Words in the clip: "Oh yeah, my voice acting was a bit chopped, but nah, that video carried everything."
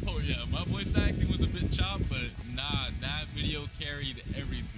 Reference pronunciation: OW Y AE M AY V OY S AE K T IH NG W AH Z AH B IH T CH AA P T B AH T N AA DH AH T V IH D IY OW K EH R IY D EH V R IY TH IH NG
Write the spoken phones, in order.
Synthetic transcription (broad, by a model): OW Y AE M AY B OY S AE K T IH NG W AH Z AH B IH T CH AA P B AH T N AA DH AH T V IH D IY OW K EH R IY D EH V R IY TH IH